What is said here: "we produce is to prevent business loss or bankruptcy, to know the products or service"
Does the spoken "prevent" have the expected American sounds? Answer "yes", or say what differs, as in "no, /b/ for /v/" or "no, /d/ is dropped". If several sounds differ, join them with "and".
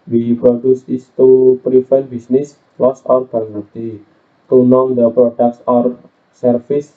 no, /f/ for /v/